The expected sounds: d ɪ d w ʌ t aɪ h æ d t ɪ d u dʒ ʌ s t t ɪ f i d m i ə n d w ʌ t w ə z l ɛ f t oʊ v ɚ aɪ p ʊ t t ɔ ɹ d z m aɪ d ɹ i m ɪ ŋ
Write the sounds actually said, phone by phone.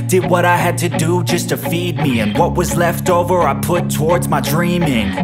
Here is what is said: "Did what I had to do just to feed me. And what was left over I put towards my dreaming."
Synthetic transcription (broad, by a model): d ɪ d w ʌ t aɪ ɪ d t ɪ d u dʒ ʌ s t t ɪ f i d m i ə n w ʌ t w ə z l ɛ f t oʊ v ɚ aɪ p ʊ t t ɔ ɹ d z m aɪ d ɹ i m ɪ ŋ